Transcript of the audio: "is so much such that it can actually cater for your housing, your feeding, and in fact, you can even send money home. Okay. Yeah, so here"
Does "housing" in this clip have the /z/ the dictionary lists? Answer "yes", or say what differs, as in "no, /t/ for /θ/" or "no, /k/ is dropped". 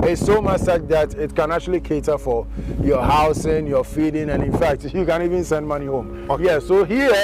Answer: no, /s/ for /z/